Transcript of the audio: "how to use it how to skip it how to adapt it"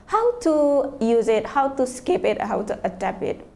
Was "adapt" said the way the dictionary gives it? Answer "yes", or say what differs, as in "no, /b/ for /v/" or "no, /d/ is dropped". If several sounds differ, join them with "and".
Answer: no, /t/ is dropped